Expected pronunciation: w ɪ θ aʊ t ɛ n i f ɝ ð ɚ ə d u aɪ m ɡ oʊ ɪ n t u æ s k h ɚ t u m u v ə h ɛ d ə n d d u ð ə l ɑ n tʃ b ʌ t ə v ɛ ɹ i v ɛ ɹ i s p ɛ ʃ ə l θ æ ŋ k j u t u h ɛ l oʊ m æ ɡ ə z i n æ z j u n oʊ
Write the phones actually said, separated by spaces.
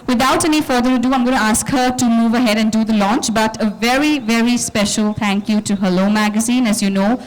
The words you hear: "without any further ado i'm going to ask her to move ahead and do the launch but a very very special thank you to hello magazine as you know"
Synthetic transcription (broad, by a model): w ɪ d aʊ t ɛ n i f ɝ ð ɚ ə d u aɪ m ɡ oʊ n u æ s k h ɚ t u m u v ə h ɛ d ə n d d u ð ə l ɑ n tʃ b ʌ t ə v ɛ ɹ i v ɛ ɹ i s p ɛ ʃ ə l t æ ŋ k j u t u h ɛ l oʊ m æ ɡ ə z i n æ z j u n oʊ